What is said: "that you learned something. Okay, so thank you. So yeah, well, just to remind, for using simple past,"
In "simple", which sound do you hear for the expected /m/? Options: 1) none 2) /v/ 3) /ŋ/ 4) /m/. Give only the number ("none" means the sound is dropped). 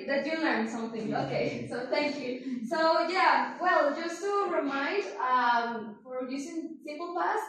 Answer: 1